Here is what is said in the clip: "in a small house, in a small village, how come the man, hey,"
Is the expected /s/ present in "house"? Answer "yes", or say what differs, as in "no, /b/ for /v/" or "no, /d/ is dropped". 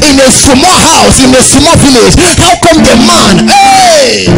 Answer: yes